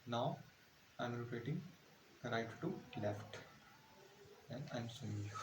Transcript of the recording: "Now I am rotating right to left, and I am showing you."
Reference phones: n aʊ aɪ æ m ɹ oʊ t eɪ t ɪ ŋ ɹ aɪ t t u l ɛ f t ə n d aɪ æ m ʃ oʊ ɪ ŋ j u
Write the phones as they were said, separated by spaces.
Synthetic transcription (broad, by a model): n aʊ aɪ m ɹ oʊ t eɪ t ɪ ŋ ɹ aɪ t t u l ɛ f t ə n d aɪ m s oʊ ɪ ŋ